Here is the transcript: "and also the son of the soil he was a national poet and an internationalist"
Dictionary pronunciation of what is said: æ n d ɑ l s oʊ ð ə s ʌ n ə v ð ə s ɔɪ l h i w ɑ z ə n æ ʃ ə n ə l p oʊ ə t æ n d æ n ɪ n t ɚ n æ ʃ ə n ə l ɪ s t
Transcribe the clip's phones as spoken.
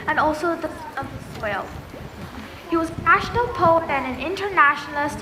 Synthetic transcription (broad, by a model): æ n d ɑ l s oʊ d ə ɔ ə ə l h i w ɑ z ə n æ ʃ ə n ə l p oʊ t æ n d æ n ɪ n t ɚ n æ ʃ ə n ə l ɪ s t